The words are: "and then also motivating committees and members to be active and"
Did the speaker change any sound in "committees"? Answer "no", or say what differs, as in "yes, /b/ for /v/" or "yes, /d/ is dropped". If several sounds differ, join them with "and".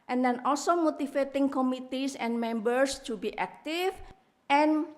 yes, /s/ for /z/